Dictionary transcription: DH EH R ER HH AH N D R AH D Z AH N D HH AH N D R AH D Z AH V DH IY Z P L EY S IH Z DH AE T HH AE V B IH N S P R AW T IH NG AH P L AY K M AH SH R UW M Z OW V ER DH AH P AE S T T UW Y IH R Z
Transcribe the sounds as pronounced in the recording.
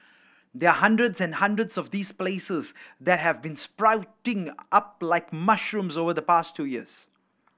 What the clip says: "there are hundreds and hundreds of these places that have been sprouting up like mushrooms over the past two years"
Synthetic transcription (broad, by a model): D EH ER HH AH N D R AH D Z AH N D HH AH N D R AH D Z AH V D IY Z P L EY S IH Z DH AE T HH AE V B IH N S P R AW T IH NG AH P L AY K M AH SH R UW M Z OW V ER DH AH P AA S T T UW Y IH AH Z